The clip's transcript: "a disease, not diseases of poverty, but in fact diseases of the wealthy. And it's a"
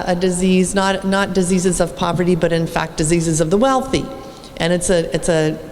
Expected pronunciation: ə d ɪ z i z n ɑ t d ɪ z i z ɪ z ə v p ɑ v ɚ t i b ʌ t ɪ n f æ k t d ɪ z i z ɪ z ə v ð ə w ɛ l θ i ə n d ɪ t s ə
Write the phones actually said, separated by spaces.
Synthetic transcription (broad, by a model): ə d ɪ z i z n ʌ t d ɪ z i z ɪ z ə v p ɑ v ɚ t i b ʌ t ɪ n f æ k d ɪ z i z ɪ z ə v ð ə w ɛ l θ i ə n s ɪ t s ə